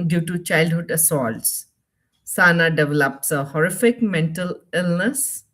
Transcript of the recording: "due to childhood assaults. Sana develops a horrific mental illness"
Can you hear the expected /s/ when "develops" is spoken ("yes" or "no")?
yes